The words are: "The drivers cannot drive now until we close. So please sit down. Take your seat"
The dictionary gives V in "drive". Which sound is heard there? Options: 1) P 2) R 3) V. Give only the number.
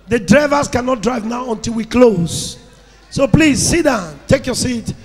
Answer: 3